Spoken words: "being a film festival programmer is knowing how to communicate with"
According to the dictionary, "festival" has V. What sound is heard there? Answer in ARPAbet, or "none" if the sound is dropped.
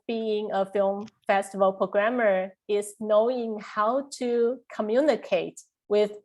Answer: V